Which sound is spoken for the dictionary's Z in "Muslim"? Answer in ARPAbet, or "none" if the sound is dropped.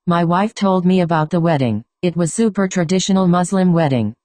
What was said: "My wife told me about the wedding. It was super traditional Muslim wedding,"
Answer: Z